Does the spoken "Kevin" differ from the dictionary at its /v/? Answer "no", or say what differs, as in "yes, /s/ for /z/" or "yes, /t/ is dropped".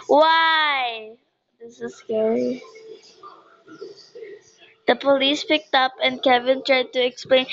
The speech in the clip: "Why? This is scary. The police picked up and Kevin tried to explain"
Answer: no